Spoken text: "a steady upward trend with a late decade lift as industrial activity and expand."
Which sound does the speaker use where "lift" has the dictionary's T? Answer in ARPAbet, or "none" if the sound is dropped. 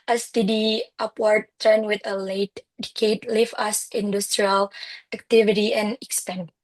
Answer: none